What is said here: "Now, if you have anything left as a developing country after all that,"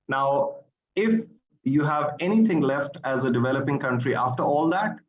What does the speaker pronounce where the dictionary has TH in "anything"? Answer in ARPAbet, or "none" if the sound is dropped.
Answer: T